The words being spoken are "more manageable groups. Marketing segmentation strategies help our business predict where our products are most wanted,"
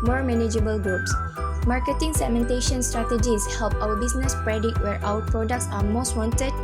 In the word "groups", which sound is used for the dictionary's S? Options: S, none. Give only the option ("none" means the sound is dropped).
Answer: S